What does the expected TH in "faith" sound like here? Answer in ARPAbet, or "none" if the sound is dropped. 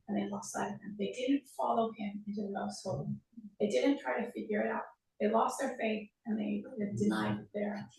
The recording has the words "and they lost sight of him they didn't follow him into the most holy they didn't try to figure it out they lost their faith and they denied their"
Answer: TH